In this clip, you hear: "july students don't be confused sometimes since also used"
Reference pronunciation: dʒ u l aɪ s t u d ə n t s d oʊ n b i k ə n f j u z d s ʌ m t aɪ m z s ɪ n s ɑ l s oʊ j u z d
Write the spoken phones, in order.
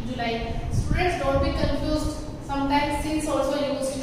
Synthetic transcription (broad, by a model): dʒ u l aɪ s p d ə t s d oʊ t b i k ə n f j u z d s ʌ m t aɪ m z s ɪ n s ɑ l s oʊ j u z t